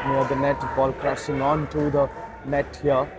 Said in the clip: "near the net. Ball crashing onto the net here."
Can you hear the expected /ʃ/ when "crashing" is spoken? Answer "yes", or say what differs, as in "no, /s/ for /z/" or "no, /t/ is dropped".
no, /s/ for /ʃ/